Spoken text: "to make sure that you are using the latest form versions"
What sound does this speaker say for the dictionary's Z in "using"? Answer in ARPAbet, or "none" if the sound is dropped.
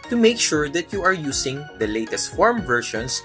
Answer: S